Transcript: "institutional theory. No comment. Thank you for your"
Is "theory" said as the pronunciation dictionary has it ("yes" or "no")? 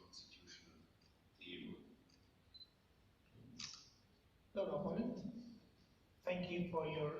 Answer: no